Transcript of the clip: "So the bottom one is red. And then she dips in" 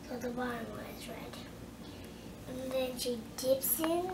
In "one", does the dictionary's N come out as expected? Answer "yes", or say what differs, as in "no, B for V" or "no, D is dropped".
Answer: no, N is dropped